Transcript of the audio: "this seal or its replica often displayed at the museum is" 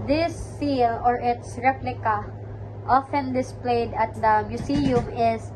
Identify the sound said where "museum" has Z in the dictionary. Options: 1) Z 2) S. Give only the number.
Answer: 2